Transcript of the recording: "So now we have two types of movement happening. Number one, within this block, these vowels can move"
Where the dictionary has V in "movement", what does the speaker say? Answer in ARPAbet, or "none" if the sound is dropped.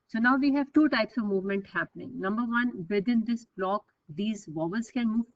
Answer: V